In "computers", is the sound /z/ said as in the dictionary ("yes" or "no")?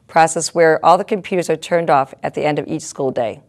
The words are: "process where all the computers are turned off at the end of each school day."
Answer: yes